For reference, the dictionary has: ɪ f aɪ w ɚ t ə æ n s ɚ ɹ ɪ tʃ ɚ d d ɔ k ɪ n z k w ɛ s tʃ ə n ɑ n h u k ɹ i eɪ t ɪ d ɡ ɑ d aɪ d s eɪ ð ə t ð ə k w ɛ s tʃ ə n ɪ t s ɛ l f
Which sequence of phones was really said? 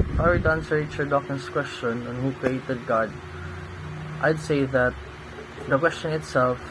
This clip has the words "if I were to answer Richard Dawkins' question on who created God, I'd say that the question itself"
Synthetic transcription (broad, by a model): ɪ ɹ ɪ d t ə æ n s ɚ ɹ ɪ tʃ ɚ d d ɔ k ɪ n s k w ɛ s tʃ ə n ɑ n h u k ɹ i eɪ t ɪ d ɡ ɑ d aɪ d s eɪ ð ə t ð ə k w ɛ s tʃ ə n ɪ t s ɛ l f